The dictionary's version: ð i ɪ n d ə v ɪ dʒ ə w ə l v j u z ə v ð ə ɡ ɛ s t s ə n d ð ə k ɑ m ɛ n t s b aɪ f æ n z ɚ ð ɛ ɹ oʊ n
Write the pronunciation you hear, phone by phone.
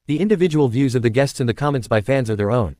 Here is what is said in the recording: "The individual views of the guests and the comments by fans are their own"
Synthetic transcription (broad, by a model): ð i ɪ n d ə v ɪ dʒ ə w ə l v j u z ə v ð ə ɡ ɛ s t s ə n ð ə k ɑ m ɛ n t s b aɪ f æ n z ɚ ð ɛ ɹ oʊ n